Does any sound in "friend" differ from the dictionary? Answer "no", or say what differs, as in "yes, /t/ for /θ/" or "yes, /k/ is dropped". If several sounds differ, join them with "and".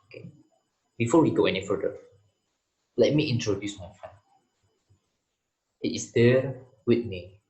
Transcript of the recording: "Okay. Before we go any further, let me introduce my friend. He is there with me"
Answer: yes, /ɹ/ is dropped